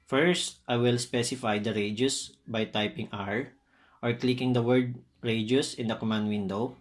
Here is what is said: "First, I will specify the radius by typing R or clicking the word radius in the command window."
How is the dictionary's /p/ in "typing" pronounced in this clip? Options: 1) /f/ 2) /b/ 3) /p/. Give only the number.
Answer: 3